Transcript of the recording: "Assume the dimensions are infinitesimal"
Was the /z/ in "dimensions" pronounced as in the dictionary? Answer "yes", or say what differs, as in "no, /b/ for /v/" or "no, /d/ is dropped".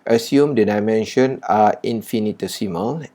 no, /z/ is dropped